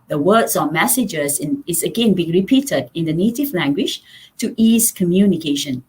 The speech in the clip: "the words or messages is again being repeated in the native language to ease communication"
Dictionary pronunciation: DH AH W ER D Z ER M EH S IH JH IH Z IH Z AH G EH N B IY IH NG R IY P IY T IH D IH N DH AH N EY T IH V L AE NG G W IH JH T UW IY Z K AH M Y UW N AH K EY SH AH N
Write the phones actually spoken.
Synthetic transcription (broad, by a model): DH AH W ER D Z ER M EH S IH JH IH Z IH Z AH G EH N B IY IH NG R IY P IY T IH D IH N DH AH N EY T IH V L AE NG G W IH JH T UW IY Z K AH M Y UW N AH K EY SH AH N